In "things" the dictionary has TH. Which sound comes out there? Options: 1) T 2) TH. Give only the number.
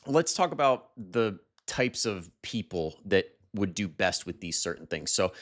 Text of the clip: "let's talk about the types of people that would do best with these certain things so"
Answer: 2